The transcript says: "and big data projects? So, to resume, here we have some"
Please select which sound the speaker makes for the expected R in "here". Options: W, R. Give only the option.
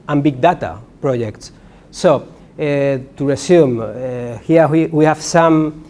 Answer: W